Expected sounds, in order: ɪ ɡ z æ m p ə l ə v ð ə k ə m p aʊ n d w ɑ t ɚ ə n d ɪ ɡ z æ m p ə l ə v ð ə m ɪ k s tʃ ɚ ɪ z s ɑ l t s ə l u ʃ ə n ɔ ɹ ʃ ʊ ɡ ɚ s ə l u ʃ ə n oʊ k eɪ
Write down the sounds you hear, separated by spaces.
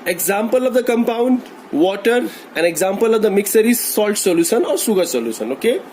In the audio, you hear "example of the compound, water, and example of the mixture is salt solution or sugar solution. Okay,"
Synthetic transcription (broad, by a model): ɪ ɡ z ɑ m p ə l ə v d ə k ə m p aʊ n d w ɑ t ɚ ə n d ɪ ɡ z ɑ m p ə l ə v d ə m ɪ k s ɚ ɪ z s ɑ l t s ə l u ʃ ə n ɔ ɹ s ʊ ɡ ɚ s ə l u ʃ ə n oʊ k eɪ